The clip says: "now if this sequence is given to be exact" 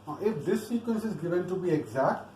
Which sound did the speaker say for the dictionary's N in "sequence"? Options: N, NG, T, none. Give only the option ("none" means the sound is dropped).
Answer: N